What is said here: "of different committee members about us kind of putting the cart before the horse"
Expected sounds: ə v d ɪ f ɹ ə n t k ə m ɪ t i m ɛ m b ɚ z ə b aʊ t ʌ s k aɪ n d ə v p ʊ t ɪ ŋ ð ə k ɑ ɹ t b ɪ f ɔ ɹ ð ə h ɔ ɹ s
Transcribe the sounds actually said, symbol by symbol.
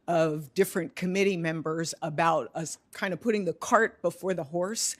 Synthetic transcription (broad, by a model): ə v d ɪ f ɹ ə n k ə m ɪ t i m ɛ m b ɚ z ə b aʊ t ʌ s k aɪ n d ə v p ʊ t ɪ ŋ ð ə k ɑ ɹ t b ɪ f ɔ ɹ ð ə h ɔ ɹ s